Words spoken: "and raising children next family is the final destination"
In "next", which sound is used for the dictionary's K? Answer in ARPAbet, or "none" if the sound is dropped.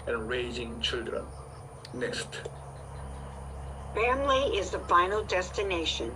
none